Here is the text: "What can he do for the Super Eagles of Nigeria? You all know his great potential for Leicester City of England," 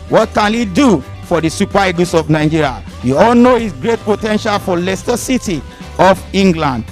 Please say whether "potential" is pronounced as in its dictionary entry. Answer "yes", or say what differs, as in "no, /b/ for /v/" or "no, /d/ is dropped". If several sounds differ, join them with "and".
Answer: yes